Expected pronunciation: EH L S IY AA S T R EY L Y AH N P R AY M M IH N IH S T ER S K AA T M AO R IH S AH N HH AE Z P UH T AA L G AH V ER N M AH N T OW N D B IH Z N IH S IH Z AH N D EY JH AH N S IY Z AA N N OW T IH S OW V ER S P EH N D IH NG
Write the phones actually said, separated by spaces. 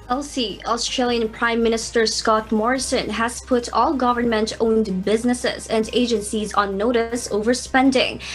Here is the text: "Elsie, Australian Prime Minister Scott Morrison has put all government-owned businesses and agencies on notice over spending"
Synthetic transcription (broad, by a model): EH L S IY AA S T R EY L Y AH N P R AY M M IH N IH S T ER S K AA T M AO R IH S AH N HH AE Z P UH T AA L G AH V ER N M AH N T OW N D B IH Z N IH S IH Z AH N D EY JH AH N S IY Z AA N N OW T IH S OW V ER S P EH N D IH NG